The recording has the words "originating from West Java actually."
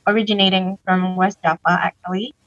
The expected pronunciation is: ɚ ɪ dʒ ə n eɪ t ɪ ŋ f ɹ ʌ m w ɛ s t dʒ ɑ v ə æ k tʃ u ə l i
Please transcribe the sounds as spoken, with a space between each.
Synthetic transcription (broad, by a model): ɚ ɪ dʒ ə n eɪ t ɪ ŋ f ɹ ʌ m w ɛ s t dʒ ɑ p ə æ k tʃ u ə l i